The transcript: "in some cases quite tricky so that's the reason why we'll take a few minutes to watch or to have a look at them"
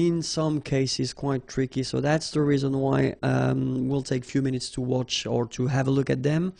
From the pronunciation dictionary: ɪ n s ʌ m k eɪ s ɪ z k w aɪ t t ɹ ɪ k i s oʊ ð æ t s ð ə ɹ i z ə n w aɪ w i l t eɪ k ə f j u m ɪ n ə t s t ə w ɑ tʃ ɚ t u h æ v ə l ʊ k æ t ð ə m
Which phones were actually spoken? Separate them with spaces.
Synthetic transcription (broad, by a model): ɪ n s ʌ m k eɪ s ɪ z k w aɪ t t ɹ ɪ k i s oʊ ð æ t s ð ə ɹ i z ə n w aɪ w i l t eɪ k f j u m ɪ n ə t s t ə w ɑ tʃ ɚ t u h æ v ə l ʊ k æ t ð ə m